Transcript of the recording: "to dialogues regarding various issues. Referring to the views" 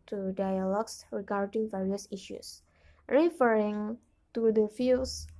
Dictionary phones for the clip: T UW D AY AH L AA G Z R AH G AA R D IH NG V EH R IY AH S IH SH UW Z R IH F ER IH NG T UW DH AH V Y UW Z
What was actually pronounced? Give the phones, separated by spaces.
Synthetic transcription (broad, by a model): T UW D AY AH L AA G S R AH G AA R D IH NG V EH R IY AH S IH SH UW S R IH F ER IH NG T UW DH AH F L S